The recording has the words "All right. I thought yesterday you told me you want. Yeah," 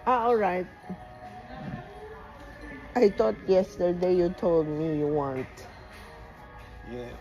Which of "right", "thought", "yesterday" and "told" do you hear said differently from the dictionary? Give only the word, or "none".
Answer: thought